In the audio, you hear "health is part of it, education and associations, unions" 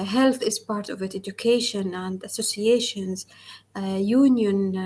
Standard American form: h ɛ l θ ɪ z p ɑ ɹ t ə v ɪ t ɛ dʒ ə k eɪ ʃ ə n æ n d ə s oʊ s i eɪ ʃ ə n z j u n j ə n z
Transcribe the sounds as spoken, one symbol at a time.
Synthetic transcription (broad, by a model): h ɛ l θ ɪ z p ɑ ɹ t ə v ɪ t ɛ dʒ ə k eɪ ʃ ə n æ n d ə s oʊ s i eɪ ʃ ə n z j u n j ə n